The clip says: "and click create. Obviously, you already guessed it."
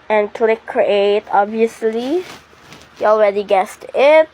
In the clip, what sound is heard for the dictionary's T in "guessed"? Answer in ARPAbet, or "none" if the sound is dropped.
T